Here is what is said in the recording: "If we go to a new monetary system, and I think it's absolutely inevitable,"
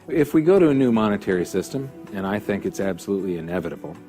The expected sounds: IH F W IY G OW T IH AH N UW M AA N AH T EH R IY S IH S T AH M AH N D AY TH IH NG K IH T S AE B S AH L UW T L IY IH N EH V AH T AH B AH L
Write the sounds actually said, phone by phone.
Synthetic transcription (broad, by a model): IH F W IY G OW T IH AH N UW M AA N AH T EH R IY S IH S T AH M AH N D AY TH IH NG K IH T S AE B S AH L UW T L IY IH N EH V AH T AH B L